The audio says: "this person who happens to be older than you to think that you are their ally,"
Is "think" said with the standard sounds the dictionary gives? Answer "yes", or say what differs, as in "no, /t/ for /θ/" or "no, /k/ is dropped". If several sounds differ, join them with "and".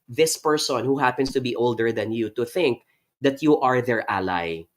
yes